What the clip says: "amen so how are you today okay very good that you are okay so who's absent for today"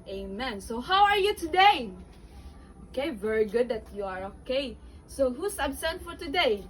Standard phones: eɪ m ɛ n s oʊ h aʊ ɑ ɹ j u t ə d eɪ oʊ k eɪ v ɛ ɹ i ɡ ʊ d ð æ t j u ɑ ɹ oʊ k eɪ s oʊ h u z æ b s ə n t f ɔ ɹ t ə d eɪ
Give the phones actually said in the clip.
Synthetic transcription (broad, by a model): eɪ m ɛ n s oʊ h aʊ ɑ ɹ j u t ə d eɪ oʊ k eɪ v ɛ ɹ i ɡ ʊ d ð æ t j u ɑ ɹ oʊ k eɪ s oʊ h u s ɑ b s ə n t f ɔ ɹ t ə d eɪ